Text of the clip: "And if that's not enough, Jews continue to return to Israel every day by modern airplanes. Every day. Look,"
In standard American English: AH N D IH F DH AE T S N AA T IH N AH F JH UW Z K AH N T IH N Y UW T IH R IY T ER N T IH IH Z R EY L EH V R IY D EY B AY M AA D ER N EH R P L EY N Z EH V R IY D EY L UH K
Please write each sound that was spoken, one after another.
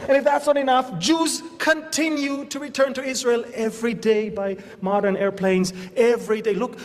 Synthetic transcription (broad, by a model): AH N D IH F DH AE T S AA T IH N AH F JH UW Z K AH N T IH N Y UW T IH R IY T ER N T IH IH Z R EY L EH V R IY D EY B AY M AA D ER N EH R P L EY N Z EH V R IY D EY L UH K